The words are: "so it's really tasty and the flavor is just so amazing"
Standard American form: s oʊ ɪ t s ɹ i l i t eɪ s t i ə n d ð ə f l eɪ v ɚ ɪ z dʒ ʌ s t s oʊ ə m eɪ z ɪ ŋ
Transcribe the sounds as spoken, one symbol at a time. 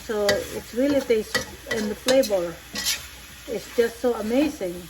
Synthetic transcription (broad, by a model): s oʊ ɪ t s ɹ i l i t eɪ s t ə n ð ə p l eɪ b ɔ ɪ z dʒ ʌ s t s oʊ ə m eɪ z ɪ ŋ